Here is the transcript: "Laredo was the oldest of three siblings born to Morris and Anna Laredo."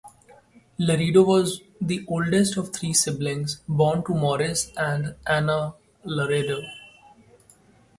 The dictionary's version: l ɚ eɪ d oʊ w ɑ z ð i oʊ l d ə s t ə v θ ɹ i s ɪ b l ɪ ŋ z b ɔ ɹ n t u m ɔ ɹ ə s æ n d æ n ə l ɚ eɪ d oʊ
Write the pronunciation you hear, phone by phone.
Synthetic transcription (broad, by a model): l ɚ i d oʊ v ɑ z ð i oʊ l d ə s t ə v t ɹ i s ɪ b l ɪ ŋ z b ɔ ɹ n t u m ɔ ɹ ə s æ n d æ n ə l ɚ eɪ d oʊ